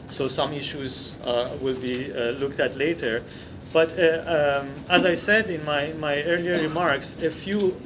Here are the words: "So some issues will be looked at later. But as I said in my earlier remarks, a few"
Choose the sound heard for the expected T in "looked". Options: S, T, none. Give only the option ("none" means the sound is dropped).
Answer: T